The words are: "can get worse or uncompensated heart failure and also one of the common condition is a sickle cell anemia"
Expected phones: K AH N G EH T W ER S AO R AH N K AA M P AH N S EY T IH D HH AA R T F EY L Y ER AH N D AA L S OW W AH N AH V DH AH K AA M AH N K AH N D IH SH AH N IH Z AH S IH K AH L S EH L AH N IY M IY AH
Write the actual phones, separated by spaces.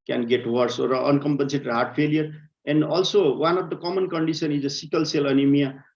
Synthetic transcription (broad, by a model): K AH N G EH T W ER S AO R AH N K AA M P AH N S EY T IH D HH AA R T P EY L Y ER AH N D AA L S OW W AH N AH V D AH K AA M AH N K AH N D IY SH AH N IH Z AH S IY K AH L S EH L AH N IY M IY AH